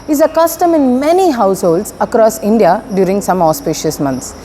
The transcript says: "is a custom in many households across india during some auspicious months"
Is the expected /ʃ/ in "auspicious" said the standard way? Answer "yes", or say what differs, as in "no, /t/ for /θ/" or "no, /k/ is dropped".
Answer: yes